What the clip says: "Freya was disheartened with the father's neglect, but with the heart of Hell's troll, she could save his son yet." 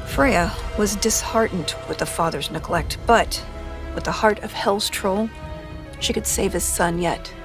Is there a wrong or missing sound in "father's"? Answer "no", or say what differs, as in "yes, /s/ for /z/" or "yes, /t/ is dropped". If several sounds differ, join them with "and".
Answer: no